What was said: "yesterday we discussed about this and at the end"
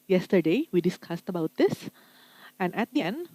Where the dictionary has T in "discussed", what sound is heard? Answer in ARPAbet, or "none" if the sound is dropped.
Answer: T